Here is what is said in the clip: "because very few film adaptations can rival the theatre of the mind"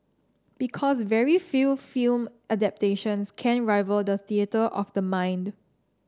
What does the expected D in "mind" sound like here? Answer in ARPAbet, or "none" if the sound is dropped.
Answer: D